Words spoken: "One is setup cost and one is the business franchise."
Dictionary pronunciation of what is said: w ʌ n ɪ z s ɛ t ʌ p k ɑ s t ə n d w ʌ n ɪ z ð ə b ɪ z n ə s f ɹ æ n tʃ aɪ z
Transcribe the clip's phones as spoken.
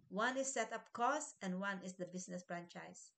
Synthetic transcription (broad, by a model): w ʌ n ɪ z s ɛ t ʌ p k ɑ s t ə n d w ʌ n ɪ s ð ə b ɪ s n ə s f ɹ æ n tʃ aɪ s